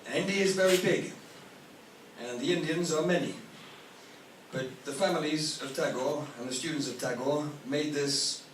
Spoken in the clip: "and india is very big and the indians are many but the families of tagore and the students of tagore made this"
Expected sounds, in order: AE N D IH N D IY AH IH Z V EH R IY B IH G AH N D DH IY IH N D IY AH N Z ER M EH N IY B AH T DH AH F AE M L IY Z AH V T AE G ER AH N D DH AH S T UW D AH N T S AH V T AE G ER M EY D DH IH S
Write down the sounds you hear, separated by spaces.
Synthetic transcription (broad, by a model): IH N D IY IH Z V EH R IY B IH G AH N DH IY IH N D IY AH N Z ER M EH N IY B AH T DH AH F AE M L IY Z AH V T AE G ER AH N DH AH S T UW D N T S AH V T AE G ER M EY D DH IH S